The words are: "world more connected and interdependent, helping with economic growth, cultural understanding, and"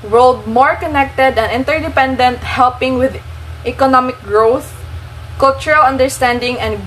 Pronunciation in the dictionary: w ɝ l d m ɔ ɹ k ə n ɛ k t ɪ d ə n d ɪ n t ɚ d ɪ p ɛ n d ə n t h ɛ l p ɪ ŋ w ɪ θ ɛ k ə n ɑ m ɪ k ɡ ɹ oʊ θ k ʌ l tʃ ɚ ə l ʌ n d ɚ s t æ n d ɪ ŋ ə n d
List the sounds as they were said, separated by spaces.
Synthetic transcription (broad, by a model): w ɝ l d m ɔ ɹ k ə n ɛ k t ɪ d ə n ɪ n t ɚ d ɪ p ɛ n d ə n t h ɛ l p ɪ ŋ w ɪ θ ɛ k ə n ɑ m ɪ k ɡ ɹ oʊ θ k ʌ l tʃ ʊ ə l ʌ n d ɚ s t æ n d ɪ ŋ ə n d